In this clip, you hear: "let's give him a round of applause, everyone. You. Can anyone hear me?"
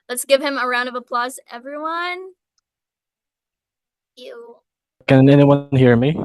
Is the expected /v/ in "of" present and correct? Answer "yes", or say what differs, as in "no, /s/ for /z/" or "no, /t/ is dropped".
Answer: yes